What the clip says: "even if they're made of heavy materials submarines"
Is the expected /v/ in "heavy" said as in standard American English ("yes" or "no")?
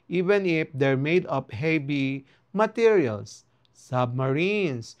no